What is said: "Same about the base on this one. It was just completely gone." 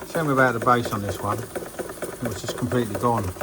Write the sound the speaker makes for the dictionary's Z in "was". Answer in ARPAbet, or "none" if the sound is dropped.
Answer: Z